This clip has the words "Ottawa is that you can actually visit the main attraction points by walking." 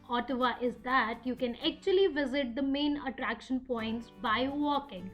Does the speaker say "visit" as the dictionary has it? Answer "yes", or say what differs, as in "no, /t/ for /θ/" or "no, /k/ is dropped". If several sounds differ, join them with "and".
yes